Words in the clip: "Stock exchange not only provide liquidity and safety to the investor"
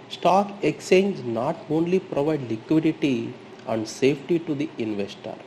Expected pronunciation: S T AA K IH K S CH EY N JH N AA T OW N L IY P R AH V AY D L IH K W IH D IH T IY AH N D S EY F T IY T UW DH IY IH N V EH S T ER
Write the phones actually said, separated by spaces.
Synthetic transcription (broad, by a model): S T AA K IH K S EY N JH N AA T OW N L IY P R AH V AY D L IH K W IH D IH T IY AH N D S EY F T IY T UW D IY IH N V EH S T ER